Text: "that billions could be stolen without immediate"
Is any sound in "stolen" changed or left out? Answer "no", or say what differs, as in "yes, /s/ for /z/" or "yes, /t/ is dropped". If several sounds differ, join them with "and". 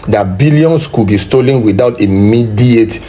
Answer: no